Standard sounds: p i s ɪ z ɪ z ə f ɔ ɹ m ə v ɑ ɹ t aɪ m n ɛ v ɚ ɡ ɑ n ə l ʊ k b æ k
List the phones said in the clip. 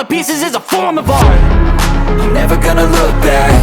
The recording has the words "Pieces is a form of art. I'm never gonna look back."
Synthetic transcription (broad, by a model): p i s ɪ z ɪ z ə f ɔ ɹ m ə v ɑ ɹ aɪ m n ɛ v ɚ ɡ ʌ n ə l ʊ k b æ k